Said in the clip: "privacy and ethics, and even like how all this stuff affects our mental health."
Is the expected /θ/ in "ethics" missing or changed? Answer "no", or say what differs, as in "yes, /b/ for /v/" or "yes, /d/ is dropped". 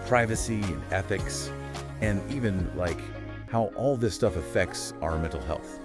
no